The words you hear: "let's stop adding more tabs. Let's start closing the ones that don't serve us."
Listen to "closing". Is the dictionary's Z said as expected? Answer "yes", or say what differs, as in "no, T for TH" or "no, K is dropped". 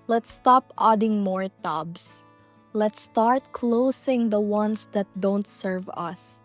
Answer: no, S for Z